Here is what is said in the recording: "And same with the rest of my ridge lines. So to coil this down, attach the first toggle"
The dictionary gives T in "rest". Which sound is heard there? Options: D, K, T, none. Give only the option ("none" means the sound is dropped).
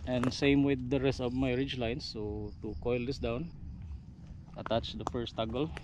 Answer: T